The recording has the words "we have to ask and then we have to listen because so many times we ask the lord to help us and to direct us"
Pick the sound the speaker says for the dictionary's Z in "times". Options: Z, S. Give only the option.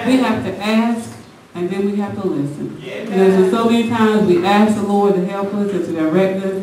Z